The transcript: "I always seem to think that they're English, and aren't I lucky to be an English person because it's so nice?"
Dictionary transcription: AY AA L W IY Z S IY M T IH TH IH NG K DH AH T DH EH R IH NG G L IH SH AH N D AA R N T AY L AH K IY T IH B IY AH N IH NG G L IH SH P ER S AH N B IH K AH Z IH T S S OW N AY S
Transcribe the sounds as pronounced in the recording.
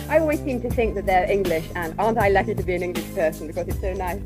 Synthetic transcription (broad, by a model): AY AA L W IY Z S IY M T IH TH IH NG K DH AH T DH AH R IH NG G L IH SH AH N AA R N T AY L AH K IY T IH B IY AH N IH NG G L IH SH P ER S AH N B IH K AH Z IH T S S OW N AY S